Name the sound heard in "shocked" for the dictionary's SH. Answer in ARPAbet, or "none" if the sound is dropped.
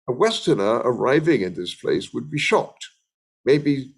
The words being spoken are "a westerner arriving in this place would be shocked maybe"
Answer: SH